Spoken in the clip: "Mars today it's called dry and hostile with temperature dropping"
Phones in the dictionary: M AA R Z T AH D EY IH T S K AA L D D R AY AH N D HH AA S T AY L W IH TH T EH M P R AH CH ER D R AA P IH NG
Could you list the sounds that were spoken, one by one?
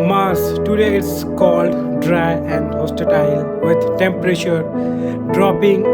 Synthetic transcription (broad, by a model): M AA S T AH D EY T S K AA L D D R AY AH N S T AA T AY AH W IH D T EH M P R AH CH ER D R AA P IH NG